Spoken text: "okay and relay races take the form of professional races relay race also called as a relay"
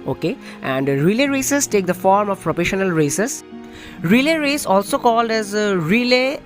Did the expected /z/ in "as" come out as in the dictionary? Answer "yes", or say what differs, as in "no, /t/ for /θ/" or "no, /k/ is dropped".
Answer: yes